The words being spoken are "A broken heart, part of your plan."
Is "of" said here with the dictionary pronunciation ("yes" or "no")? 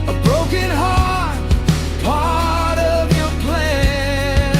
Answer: yes